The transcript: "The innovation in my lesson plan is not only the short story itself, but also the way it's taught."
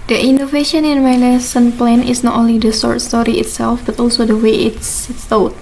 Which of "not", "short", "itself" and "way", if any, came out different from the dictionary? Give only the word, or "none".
short